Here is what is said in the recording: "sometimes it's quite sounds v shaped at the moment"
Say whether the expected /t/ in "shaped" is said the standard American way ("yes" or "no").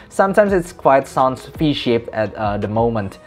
no